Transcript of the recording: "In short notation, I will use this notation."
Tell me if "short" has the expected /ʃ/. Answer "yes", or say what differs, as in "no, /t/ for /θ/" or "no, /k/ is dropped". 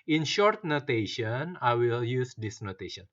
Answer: yes